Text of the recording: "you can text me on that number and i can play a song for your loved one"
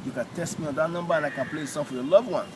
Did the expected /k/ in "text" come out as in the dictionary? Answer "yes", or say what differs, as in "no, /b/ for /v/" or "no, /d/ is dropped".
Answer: no, /k/ is dropped